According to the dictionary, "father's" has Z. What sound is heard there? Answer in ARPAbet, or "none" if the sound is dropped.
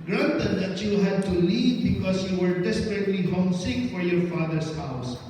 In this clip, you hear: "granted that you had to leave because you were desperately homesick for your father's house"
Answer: S